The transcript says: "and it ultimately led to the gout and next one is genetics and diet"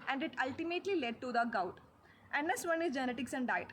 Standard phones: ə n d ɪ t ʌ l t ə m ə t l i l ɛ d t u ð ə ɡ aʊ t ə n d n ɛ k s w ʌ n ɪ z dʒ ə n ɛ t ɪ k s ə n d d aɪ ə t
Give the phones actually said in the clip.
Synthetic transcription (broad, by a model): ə n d ɪ t ʌ l t ə m ə t l i l ɛ d t u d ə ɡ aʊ t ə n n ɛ s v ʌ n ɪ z dʒ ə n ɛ t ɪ k s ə n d d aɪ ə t